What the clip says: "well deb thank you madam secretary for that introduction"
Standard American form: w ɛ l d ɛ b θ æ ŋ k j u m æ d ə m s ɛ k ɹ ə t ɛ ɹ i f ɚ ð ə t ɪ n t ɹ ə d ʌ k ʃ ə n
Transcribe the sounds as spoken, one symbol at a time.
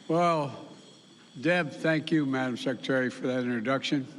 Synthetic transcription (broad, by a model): w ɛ l d ɛ b θ æ ŋ k j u m æ d ə m s ɛ k ɹ ə t ɛ ɹ i f ɚ ð ə t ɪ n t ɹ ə d ʌ k ʃ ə n